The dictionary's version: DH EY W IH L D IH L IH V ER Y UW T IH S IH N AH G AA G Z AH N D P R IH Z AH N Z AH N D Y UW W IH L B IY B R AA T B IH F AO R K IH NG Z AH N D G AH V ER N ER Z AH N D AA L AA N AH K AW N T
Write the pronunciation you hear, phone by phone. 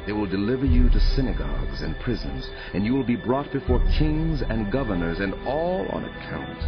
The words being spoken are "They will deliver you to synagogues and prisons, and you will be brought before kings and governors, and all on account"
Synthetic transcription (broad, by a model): DH EY W IH L D IH L IH V ER Y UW T IH S IH N AH G AA G Z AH N P R IH Z AH N Z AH N Y UW W IH L B IY B R AA T B IH F AO R K IH NG Z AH N G AH V ER N ER Z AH N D AA L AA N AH K AW N T